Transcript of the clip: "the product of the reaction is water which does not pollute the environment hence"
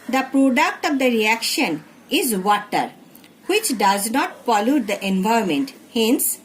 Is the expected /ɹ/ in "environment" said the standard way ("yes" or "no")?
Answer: no